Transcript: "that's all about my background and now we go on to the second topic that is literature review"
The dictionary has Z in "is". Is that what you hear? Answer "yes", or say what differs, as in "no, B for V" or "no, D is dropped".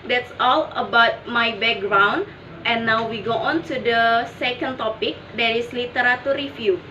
no, S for Z